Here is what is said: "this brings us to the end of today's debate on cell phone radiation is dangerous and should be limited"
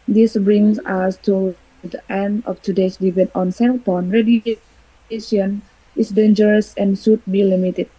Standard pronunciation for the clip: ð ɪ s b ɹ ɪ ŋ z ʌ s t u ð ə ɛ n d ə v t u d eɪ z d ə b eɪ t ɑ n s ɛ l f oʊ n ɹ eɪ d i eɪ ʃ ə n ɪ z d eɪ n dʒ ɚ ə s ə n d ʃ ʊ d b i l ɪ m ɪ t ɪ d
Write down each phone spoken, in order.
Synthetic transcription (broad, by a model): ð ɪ s b ɹ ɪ ŋ s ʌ s t u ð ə ɛ n d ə f t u d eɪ s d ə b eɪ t ɑ n s ɛ l p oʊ n ɹ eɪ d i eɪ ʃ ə n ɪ s d eɪ n dʒ ɚ ə s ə n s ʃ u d b i l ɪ m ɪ t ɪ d